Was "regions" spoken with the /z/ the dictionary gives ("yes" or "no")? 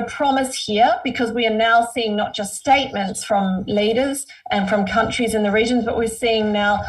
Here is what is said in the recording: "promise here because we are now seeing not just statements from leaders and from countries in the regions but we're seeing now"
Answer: yes